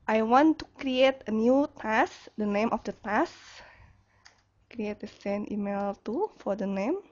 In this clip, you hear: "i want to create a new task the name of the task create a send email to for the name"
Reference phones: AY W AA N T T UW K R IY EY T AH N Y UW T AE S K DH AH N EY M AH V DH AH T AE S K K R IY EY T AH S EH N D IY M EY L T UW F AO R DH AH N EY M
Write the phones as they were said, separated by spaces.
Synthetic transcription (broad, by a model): AY W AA N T T UW K R IY EY T AH N Y UW T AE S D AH N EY M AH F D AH T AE S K K R IY EY T AH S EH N IY M EY L T UW F AO R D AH N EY M